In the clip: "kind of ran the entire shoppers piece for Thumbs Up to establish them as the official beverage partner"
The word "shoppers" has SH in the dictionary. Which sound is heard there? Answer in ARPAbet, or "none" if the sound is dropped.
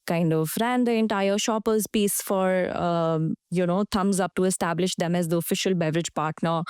SH